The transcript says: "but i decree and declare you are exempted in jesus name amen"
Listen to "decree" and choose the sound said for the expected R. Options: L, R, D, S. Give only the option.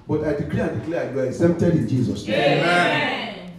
L